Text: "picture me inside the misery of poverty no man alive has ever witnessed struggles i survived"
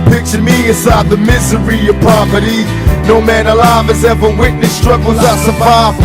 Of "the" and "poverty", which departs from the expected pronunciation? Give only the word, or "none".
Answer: poverty